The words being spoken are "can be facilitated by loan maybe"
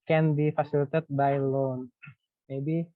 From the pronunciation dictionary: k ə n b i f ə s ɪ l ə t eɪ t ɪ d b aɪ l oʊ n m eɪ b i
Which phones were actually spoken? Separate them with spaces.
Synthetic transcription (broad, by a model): k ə n b i f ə s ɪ l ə t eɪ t b aɪ l oʊ n m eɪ b i